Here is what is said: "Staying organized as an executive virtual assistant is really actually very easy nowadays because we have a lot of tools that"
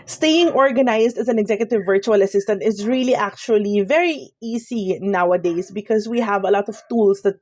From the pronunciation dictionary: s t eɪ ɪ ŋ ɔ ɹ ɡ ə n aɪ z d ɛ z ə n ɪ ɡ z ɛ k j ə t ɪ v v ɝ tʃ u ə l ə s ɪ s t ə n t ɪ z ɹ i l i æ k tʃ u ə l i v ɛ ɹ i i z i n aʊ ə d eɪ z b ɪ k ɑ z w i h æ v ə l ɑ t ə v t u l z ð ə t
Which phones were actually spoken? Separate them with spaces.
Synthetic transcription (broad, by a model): s t eɪ ɪ ŋ ɔ ɹ ɡ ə n aɪ s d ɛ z ə n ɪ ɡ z ɛ k j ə t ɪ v v ɝ tʃ u ə l ə s ɪ s t ə n t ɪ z ɹ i l i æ k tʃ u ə l i v ɛ ɹ i i s i n aʊ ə d eɪ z b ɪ k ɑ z w i h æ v ə l ɑ t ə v t u l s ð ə t